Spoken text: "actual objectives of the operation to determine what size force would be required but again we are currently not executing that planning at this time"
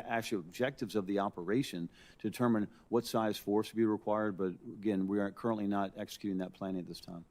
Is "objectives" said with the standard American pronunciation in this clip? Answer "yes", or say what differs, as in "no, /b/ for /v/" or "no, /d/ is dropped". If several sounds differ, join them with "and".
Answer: yes